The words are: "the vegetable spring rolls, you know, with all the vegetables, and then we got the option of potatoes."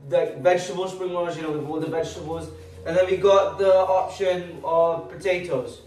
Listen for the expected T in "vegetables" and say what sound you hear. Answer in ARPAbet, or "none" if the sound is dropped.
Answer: T